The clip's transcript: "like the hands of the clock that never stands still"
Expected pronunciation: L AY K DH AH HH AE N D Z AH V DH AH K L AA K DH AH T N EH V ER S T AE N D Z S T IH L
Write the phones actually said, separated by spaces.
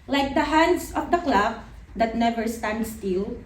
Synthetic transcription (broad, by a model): L AY K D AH HH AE N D S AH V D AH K L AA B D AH T N EH V ER S T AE N D S T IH L